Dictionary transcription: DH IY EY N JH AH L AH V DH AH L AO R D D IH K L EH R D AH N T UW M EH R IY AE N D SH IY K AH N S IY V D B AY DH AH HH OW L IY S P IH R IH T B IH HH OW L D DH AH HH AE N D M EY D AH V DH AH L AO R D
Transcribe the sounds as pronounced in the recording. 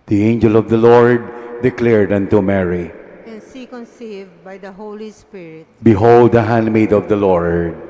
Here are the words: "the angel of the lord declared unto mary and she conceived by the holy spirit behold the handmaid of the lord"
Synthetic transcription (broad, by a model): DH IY EY N JH AH L AH V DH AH L AO R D D IH K L EH R D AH N T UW M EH R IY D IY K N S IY B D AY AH HH OW L IY S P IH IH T B IH HH OW L D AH HH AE N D M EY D AH V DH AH L AO R D